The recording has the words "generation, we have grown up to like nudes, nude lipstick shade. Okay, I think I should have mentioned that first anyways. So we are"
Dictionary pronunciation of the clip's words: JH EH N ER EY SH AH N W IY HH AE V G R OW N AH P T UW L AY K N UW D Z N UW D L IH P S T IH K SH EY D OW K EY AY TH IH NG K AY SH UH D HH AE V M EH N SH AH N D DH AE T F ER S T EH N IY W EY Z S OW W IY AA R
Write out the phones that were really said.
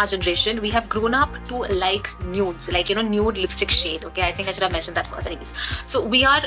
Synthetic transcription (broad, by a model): JH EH N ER EY SH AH N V IY HH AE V G R OW N AH P T UW L AY K N UW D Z N UW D L IH P S T IH K SH EY D OW K EY AY T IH NG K AY SH UH D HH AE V M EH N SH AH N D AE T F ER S EH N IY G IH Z S OW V IY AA R